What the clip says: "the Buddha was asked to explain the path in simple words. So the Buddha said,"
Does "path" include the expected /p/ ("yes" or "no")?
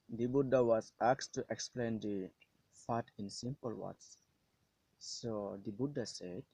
no